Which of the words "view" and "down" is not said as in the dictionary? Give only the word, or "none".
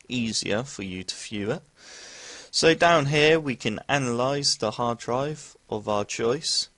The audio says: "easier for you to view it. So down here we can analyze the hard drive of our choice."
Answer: view